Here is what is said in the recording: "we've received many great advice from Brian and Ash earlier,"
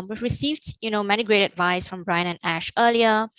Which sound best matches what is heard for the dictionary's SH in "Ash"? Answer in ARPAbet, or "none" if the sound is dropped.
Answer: SH